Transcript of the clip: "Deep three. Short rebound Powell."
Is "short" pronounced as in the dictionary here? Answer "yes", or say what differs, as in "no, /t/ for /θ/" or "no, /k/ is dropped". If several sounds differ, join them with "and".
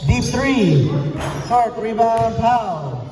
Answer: no, /s/ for /ʃ/